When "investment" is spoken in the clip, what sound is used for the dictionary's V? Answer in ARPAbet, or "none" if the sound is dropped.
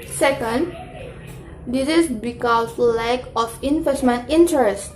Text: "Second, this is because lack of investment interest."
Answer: F